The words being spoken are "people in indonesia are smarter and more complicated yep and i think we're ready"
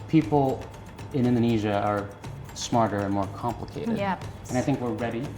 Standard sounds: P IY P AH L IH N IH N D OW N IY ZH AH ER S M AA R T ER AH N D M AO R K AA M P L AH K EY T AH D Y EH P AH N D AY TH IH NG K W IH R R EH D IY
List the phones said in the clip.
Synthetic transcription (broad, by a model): P IY P L IH N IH N D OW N IY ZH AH ER S M AA R T ER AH N M AO R K AA M P L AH K EY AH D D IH AH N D AY TH IH NG K W IH R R EH D IY